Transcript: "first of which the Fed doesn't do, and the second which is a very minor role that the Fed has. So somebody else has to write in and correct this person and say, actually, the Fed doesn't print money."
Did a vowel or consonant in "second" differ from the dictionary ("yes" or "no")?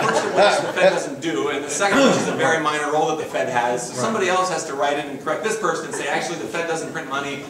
no